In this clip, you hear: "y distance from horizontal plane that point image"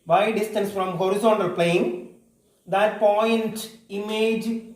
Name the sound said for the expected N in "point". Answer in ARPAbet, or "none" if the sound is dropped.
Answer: N